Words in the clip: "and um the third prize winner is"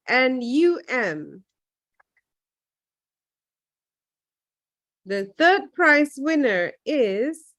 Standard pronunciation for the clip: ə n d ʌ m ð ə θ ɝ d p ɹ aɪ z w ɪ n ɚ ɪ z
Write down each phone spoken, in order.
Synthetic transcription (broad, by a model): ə n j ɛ m ð ə θ ɝ d p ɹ aɪ s w ɪ n ɚ ɪ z